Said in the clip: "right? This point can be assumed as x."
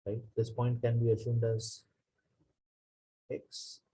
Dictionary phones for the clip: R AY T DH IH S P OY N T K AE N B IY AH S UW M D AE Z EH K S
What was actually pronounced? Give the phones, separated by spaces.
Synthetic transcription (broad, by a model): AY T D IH S P OY N T K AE N B IY AH S UW M D AE Z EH K S